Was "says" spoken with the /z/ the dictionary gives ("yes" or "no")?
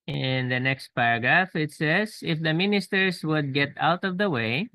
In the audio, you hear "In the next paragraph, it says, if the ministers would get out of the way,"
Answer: no